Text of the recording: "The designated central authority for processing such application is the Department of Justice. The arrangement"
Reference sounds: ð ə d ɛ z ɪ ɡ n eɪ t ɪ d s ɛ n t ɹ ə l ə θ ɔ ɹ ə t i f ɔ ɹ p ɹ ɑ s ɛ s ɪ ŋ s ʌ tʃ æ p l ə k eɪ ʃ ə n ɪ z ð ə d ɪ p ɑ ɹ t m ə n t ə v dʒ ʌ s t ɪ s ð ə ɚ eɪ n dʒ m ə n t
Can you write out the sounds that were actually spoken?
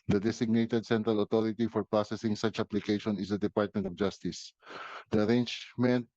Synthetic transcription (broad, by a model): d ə d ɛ s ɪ ɡ n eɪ t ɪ d s ɛ n t ɹ ə l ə t ɔ ɹ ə t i f ɔ ɹ p ɹ ɑ s ɛ s ɪ ŋ s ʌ tʃ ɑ p l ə k eɪ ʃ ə n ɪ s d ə d ɪ p ɑ ɹ t m ə n t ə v dʒ ʌ s t ɪ s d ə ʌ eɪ n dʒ m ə n t